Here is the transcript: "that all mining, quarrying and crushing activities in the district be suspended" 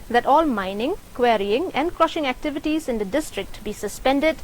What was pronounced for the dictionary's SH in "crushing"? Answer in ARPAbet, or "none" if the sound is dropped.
SH